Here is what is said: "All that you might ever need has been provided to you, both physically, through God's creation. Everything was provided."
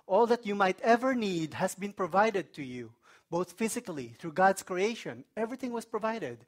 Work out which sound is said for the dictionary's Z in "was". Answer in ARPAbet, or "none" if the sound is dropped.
S